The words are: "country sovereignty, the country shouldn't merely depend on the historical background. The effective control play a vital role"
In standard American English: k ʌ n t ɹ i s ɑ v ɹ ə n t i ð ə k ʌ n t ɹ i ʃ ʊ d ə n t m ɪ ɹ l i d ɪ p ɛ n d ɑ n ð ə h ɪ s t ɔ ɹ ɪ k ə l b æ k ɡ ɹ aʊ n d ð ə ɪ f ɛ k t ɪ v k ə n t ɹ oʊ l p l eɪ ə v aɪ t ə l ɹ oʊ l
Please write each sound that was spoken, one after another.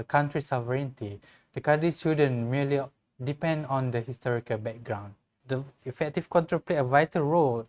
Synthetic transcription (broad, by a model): k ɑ n t ɹ i s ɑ v ɹ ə n t i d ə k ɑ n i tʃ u d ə n m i l i d ɪ p ɛ n d ɑ n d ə h ɪ s t ɔ ɹ ɪ k ə l b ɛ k ɡ ɹ aʊ n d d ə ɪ f ɛ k t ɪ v k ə n t ɹ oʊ p l eɪ ə v aɪ t ə l ɹ oʊ l